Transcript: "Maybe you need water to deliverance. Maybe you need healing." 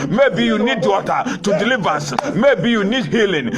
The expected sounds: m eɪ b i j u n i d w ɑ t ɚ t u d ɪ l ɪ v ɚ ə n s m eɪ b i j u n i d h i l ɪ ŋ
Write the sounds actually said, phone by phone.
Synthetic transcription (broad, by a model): m eɪ b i j u n i d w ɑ t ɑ t u d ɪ l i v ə s m eɪ b i j u n i d h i l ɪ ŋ